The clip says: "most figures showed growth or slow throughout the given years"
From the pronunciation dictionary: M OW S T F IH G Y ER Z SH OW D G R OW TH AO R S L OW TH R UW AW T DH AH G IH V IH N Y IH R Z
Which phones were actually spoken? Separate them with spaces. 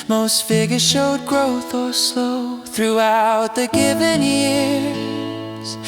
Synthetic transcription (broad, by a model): M OW S T F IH G Y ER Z SH OW D G R OW TH AO L S OW TH R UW AW T DH AH G IH V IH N Y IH R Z